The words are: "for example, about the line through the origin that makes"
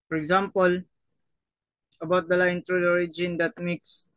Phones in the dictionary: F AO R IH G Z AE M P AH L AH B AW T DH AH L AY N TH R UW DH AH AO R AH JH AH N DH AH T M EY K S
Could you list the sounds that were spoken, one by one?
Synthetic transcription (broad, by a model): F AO R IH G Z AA M P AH L AH B AW T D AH L AY N T R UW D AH AO R AH JH AH N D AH T M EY K S